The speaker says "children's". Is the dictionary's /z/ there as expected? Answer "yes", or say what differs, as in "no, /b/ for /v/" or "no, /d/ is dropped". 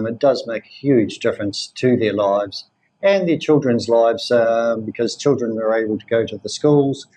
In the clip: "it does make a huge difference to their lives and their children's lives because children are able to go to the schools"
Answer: yes